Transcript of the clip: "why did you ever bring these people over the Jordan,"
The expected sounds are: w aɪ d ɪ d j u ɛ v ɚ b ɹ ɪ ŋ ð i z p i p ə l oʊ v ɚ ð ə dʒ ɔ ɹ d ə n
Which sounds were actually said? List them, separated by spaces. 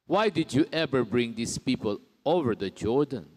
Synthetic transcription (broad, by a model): w aɪ d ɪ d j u ɛ v ɚ b ɹ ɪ ŋ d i s p i p ə l oʊ v ɚ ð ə dʒ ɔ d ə n